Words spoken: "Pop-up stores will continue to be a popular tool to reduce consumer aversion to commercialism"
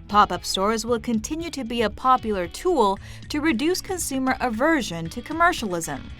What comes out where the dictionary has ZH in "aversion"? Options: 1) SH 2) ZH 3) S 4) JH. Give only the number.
2